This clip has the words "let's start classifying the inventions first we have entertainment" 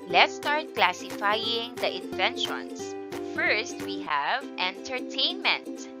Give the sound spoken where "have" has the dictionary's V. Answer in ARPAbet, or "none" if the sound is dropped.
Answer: V